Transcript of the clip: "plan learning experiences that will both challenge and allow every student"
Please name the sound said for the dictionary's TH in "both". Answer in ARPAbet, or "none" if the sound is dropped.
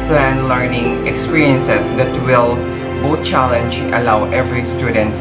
T